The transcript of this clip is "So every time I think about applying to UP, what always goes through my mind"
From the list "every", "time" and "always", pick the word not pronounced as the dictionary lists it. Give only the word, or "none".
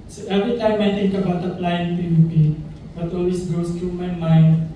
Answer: always